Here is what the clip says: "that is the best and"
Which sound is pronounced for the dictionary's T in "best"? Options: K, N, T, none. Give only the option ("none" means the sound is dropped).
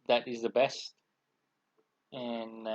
T